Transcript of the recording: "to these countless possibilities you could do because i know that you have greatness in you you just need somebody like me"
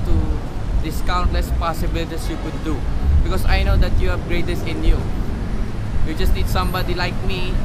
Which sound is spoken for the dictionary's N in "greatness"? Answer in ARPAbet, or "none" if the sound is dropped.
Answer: none